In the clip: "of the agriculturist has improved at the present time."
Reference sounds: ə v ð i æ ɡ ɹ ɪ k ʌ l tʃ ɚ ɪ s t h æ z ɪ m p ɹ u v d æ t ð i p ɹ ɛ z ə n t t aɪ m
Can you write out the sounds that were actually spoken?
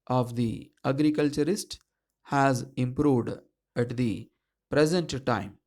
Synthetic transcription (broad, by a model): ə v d i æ ɡ ɹ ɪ k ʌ l tʃ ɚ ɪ s t h æ z ɪ m p ɹ u v d æ t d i p ɹ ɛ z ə n t t aɪ m